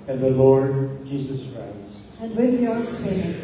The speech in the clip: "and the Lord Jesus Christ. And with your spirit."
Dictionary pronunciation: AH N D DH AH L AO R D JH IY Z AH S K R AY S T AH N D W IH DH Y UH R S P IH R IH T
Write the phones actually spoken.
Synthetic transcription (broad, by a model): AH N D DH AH L AO R D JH IY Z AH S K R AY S AH N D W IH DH Y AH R S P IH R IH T